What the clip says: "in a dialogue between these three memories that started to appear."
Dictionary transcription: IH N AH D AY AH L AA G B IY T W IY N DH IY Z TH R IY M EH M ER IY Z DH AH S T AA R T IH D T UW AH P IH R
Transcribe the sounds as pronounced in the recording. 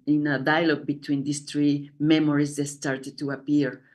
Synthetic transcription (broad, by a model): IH N AH D AY AH L AA G B IY T W IY N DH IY S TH R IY M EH M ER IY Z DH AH S T AA R T IH D T UW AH P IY R